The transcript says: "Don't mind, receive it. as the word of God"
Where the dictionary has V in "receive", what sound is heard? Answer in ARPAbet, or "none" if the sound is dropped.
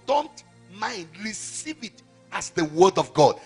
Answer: V